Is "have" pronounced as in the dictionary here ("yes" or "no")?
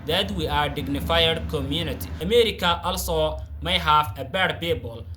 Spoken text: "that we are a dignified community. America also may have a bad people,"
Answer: no